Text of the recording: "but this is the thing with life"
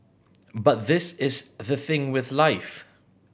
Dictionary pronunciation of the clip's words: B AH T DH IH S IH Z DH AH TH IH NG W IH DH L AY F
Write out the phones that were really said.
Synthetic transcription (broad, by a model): B AH T DH IH S IH Z DH AH TH IH NG W IH DH L AY F